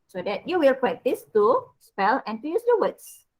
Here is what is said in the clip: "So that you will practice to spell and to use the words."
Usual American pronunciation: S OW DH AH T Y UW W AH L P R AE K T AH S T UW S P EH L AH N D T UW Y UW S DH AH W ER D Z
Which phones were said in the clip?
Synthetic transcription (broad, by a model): S OW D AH T Y UW W AH L P R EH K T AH S T UW S P EH L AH N T UW Y UW S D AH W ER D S